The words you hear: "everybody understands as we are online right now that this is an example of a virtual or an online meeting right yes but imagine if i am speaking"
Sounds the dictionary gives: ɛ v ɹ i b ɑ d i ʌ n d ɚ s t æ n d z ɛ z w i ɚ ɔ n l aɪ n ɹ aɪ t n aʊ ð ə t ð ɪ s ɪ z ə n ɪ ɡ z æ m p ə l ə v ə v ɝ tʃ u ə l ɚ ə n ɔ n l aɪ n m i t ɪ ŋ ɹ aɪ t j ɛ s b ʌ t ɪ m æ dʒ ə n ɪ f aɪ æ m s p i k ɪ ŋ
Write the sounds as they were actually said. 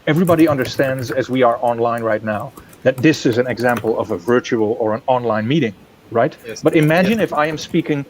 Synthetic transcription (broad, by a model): ɛ v ɹ i b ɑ d i ʌ n d ɚ s t æ n d z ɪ z w i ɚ ɔ n l aɪ n ɹ aɪ t n aʊ ð ə t ð ɪ s ɪ z ə n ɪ ɡ z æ m p l ə v ə v ɝ tʃ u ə l ɚ ə n ɔ n l aɪ n m i t ɪ ŋ ɹ aɪ t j b ʌ t ɪ m æ dʒ ə n ɪ f aɪ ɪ m s p i k ɪ ŋ